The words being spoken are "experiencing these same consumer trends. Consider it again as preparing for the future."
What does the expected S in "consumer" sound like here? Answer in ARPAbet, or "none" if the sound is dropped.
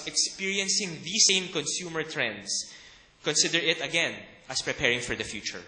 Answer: S